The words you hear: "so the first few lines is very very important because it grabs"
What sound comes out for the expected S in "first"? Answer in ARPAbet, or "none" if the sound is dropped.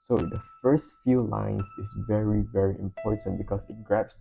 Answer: S